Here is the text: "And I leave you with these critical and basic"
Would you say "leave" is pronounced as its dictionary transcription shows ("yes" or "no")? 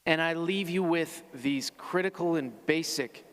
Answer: yes